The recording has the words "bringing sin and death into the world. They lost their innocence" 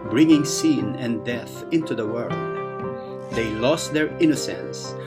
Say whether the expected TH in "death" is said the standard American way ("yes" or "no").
yes